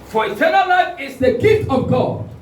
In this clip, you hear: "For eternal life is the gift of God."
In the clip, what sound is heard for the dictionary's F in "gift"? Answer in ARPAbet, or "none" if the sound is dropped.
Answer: none